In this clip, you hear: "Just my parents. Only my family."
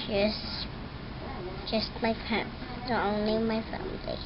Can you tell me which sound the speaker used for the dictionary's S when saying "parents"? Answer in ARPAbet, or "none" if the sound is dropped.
none